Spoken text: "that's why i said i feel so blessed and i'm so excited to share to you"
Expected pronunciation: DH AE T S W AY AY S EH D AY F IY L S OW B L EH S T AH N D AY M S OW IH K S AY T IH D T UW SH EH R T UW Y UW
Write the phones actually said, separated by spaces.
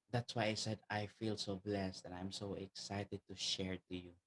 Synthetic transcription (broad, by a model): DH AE T S W AY AY S EH D AY F IY L S OW B L EH S T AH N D AY M S OW IH K S AY T IH D T UW SH EH R T UW Y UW